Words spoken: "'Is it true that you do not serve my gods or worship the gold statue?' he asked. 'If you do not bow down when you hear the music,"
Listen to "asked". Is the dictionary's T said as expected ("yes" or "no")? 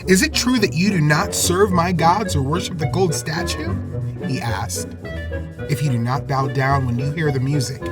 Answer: yes